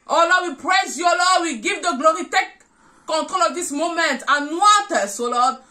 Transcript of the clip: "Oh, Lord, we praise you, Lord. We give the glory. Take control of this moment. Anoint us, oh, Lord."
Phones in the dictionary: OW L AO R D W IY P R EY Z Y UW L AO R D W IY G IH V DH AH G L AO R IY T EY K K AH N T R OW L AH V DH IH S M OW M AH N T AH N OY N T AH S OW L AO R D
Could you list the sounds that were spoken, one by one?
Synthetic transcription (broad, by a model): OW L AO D W IY P R EY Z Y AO L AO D W IY G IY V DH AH G L AO R IY T EY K K AH N T R OW L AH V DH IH S M OW M AH N T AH N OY T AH S OW L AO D